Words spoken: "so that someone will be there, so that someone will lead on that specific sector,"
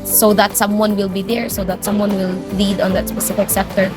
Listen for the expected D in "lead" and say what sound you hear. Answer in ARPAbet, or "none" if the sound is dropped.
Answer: D